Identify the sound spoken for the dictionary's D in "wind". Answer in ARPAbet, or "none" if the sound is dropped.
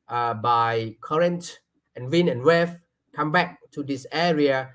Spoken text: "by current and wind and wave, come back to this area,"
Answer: none